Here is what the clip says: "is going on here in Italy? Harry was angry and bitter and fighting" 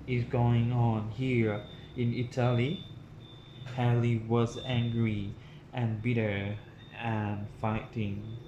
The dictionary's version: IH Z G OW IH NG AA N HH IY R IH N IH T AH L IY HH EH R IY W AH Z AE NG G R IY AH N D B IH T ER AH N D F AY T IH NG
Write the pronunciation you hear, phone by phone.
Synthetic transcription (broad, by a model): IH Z G OW IH NG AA N HH IY R IH N IH T AH L IY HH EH L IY W AH Z AE NG G R IY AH N B IH T ER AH N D F AY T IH NG